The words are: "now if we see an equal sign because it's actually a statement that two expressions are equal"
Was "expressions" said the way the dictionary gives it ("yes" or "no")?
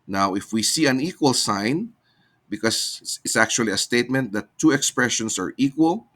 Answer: no